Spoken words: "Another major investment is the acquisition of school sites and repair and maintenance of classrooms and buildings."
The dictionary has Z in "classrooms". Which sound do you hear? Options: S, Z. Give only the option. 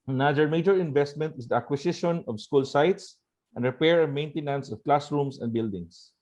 S